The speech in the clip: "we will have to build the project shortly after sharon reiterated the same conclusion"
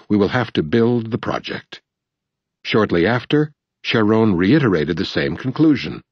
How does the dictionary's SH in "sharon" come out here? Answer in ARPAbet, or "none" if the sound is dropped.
SH